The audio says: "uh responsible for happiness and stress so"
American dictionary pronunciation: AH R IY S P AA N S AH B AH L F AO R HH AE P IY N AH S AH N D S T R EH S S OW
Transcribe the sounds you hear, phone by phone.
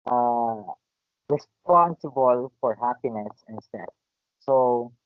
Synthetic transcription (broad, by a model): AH R IY S P AA N S AH B AH L F AO R HH AE P IY N AH S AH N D S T EH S S OW